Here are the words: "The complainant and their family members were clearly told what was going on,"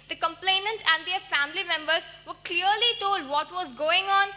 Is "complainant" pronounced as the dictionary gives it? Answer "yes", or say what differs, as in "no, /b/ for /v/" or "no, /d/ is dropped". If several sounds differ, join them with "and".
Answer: yes